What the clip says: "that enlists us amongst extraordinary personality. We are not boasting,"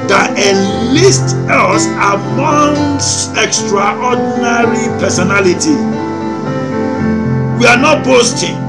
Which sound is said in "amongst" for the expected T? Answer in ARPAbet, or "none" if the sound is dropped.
none